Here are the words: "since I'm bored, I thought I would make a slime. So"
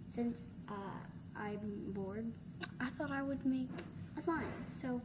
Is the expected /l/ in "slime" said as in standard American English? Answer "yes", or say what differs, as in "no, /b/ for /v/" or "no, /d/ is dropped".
no, /l/ is dropped